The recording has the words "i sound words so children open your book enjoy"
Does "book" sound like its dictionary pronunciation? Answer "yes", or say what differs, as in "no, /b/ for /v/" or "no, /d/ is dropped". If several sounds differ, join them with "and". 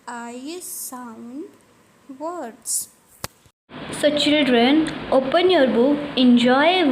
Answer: no, /k/ is dropped